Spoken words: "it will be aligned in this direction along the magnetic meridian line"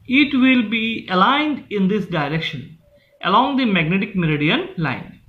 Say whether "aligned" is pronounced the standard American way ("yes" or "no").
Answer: yes